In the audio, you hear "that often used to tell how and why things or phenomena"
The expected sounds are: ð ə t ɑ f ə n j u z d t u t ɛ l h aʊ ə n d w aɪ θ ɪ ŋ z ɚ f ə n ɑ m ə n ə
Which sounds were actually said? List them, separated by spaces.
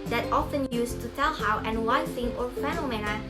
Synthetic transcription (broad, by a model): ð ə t ɑ f ə n j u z t u t ɛ l h aʊ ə n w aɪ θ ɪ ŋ ɚ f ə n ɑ m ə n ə